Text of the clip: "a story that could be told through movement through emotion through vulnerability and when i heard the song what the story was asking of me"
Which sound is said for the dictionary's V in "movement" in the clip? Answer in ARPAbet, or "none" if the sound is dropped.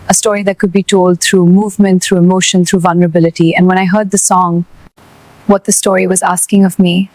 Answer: V